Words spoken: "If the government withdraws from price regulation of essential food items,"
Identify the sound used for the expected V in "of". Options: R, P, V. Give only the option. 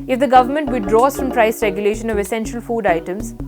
V